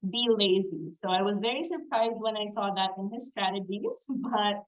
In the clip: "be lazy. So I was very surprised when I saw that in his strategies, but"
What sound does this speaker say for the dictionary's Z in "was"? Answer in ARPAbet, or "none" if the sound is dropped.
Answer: Z